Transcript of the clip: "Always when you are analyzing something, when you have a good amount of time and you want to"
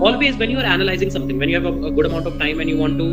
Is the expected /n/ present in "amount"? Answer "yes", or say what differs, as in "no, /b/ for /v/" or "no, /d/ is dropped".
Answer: yes